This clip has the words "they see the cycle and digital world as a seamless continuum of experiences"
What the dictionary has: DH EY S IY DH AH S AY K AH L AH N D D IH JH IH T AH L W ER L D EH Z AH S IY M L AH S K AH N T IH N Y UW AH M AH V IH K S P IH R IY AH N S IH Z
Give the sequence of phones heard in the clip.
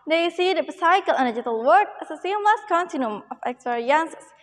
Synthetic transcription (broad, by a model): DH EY S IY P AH S AY K AH L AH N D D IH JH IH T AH L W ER D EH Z AH S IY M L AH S K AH N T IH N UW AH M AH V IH K S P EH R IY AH N S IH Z